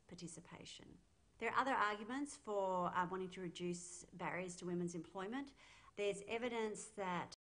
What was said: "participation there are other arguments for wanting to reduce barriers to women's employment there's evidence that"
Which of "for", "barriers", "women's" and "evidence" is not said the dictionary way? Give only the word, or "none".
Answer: none